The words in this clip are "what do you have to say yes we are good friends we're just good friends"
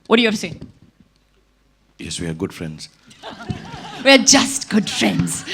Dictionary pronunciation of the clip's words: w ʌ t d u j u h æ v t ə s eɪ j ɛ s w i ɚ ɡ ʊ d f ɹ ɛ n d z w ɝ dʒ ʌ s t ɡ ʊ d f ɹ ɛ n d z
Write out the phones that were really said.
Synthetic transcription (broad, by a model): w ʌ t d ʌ j u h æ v s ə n j ɛ s w i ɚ ɡ ʊ d f ɹ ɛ n d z w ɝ dʒ ʌ s t ɡ ʊ d f ɹ ɛ n d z